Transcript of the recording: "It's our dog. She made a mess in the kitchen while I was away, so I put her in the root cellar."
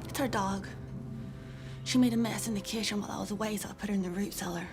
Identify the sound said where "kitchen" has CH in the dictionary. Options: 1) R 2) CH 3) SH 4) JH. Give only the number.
3